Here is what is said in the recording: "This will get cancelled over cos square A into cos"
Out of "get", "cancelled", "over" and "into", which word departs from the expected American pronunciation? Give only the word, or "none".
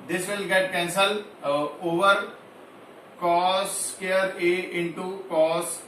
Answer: cancelled